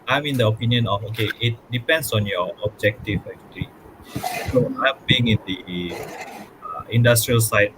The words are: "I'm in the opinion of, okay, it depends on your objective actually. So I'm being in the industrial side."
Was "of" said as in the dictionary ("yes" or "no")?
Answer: no